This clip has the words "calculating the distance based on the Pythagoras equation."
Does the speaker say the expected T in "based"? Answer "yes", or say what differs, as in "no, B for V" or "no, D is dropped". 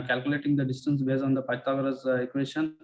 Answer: no, T is dropped